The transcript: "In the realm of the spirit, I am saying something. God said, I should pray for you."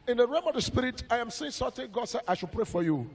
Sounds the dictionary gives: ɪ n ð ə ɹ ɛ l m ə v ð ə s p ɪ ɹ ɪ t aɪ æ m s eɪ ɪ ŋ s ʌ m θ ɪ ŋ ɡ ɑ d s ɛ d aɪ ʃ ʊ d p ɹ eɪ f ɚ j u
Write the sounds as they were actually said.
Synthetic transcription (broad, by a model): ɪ n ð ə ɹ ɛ m ə v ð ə s p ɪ ɹ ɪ t aɪ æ m s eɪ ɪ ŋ s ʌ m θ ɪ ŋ ɡ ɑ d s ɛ aɪ ʃ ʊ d p ɹ eɪ f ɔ j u